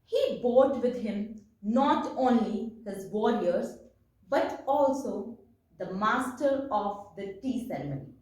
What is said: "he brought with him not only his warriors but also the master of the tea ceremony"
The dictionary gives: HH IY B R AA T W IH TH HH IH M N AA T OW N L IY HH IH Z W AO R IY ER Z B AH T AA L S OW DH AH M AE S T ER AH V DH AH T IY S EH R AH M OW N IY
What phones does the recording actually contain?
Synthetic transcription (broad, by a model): HH IY B AA T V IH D HH IH M N AA T OW N L IY HH IH Z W AO R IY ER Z B AH T AA L S OW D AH M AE S T ER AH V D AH T IY S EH R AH M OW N IY